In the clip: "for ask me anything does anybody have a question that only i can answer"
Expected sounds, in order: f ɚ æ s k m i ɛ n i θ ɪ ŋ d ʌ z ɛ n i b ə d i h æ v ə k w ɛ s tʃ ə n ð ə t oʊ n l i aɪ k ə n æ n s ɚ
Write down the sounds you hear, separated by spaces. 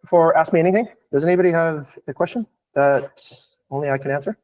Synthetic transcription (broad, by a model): f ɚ æ s k m i ɛ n i θ ɪ ŋ d ʌ z ɛ n i b ə d i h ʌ v ə k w ɛ s tʃ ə n ð ə t oʊ n l i aɪ k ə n æ n s ɚ